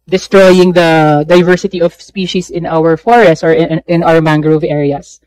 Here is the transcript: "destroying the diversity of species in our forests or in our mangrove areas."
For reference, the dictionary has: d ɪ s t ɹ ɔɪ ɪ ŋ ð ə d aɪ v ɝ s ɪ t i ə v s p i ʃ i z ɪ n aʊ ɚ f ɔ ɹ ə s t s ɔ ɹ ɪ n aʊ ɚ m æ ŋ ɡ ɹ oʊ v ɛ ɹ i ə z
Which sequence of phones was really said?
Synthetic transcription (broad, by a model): d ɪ s t ɹ ɔɪ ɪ ŋ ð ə d aɪ v ɝ s ɪ t i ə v s p i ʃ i s ɪ n aʊ ɚ f ɔ ɹ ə s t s ɔ ɹ ɪ n aʊ ɚ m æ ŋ ɡ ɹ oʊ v ɛ ɹ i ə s